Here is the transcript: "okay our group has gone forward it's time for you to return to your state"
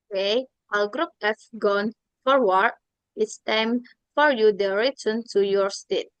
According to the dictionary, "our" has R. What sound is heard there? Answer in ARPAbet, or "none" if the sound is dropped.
L